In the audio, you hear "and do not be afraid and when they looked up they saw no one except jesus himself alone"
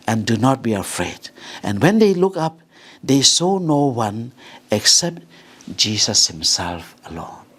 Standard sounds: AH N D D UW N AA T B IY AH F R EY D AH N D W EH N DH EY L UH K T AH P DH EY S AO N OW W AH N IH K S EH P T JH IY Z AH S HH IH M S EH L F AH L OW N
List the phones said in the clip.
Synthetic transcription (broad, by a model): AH N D D UW N AA T B IY AH F R EY D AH N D W EH N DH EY L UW K AH P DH EY S AO N OW W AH N IH K S EH P T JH IY S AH S HH IH M S EH L F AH L OW N